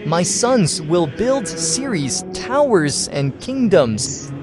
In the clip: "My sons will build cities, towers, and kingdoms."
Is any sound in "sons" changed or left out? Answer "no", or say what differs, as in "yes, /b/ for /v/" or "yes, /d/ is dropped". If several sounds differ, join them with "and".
no